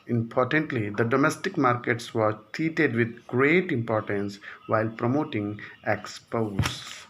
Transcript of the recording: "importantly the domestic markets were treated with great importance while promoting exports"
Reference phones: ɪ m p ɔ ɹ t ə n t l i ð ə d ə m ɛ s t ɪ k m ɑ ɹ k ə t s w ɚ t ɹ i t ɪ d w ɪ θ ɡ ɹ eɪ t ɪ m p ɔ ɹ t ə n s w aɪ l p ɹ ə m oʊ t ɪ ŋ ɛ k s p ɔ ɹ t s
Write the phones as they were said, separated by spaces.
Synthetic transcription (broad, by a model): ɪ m p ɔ ɹ t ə n t l i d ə d ə m ɛ s t ɪ k m ɑ ɹ k ə t s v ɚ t i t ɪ d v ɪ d ɡ ɹ eɪ t ɪ m p ɔ ɹ t ə n s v aɪ l p ɹ ə m oʊ t ɪ ŋ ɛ k s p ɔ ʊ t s